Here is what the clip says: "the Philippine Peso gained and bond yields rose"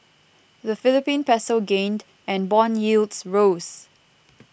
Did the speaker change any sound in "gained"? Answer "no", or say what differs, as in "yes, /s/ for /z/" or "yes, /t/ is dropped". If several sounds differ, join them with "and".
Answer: no